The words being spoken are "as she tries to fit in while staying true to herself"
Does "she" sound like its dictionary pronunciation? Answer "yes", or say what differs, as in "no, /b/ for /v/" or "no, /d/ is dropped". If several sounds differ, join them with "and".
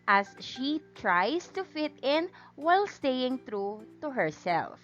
yes